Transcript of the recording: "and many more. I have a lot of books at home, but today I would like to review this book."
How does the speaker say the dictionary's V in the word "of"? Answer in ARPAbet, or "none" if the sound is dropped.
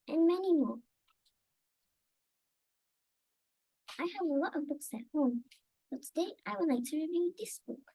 V